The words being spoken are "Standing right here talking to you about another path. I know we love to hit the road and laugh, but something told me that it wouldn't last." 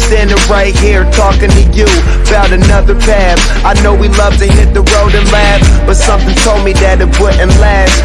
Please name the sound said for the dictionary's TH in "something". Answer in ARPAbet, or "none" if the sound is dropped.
TH